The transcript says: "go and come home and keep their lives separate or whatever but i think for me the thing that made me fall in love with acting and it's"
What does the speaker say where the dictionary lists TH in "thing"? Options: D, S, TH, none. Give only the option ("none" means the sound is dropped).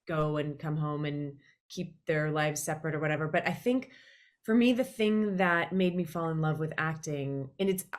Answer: TH